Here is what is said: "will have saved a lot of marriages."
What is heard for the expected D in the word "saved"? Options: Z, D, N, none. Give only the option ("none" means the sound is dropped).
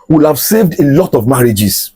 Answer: D